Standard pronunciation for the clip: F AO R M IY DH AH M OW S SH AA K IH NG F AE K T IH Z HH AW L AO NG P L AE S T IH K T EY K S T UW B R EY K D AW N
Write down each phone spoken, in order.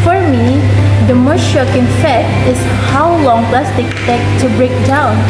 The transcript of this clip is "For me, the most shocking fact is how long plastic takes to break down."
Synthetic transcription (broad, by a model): F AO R M IY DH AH M OW S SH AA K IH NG F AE T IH S HH AW L AO NG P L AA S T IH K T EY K T UW B R EY K D AW N